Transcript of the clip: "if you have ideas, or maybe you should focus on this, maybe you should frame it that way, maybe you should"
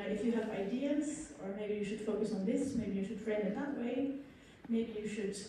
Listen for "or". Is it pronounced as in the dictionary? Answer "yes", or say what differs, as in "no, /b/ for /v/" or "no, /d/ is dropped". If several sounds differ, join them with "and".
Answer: yes